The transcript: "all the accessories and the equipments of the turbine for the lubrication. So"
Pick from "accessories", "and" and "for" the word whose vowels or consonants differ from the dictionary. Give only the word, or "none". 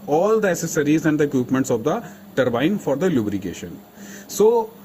accessories